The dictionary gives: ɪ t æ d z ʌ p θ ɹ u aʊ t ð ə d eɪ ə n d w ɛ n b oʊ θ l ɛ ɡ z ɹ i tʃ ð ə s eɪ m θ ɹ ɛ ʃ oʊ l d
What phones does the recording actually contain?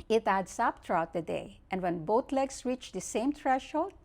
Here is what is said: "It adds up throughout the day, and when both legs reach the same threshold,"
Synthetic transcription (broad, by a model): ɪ t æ d s ʌ p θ ɹ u aʊ t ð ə d eɪ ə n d w ɛ n b oʊ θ l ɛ ɡ s ɹ i tʃ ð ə s eɪ m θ ɹ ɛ ʃ oʊ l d